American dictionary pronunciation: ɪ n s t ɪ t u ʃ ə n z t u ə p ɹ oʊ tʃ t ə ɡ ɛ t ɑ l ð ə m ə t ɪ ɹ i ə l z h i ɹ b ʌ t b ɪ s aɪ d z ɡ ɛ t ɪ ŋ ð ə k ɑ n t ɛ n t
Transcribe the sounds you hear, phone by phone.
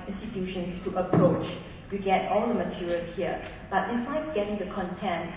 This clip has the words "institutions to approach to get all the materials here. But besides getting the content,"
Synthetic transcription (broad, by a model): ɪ n s t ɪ t u ʃ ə n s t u ə p ɹ oʊ tʃ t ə ɡ ɛ t ɑ l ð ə m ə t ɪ ɹ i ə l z h i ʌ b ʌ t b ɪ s aɪ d ɡ ɛ t ɪ ŋ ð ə k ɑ n t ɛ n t